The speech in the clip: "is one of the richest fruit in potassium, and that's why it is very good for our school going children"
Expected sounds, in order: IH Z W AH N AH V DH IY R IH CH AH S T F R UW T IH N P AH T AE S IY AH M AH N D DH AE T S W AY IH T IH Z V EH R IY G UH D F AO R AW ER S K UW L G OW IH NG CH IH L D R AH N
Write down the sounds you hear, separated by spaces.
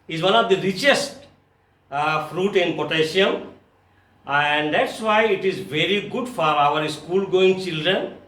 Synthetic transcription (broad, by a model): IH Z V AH N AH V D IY R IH CH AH S T F R UW T IH N P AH T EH SH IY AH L AH N D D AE T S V AY IH T IH Z V EH R IY G UH D F AO R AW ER S K UW L G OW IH NG CH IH L D R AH N